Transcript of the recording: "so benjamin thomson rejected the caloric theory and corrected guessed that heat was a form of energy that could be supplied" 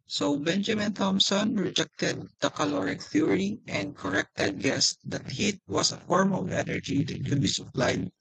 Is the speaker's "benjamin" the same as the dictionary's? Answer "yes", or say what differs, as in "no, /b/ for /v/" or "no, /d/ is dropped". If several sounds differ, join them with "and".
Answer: yes